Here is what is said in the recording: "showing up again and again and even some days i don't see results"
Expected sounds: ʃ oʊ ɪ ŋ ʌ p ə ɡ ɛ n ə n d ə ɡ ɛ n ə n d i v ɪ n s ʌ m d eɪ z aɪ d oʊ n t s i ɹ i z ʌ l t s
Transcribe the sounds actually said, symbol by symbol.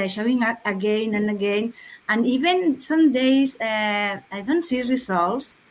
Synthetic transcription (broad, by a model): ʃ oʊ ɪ ŋ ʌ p ə ɡ ɛ n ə n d ə ɡ ɛ n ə n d i v ɪ n s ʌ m d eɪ s aɪ d oʊ n t s i ɹ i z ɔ l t s